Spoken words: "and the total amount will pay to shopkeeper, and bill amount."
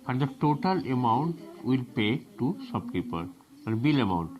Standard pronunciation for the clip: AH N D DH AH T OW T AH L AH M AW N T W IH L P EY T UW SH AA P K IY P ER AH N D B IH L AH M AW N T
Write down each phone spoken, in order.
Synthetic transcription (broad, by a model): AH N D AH T OW T AH L AH M AW N T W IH L P EY T UW S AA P K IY P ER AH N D B IH L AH M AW N T